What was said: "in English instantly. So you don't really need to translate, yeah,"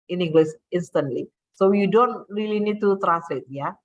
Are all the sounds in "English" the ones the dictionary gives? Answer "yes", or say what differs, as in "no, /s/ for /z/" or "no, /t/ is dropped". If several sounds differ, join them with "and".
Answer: no, /s/ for /ʃ/